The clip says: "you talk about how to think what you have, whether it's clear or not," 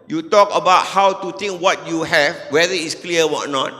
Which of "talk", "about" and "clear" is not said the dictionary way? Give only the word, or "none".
clear